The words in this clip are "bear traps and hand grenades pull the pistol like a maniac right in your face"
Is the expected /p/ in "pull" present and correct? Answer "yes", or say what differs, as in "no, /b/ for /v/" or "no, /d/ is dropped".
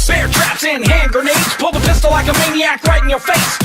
yes